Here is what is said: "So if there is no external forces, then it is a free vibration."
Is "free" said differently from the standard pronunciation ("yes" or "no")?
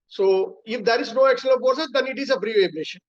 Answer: yes